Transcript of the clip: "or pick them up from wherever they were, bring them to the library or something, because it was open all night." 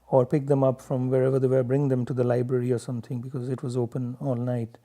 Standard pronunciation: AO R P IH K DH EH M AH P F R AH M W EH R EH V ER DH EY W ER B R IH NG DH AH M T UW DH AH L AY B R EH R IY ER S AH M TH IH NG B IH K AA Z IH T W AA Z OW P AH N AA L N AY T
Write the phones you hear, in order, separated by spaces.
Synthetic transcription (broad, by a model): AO R P IH K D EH M AH P F R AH M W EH R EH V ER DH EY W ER B R IH NG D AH M T UW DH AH L AY B R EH R IY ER S AH M T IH NG B IH K AA Z IH T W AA Z OW P AH N AA L N AY T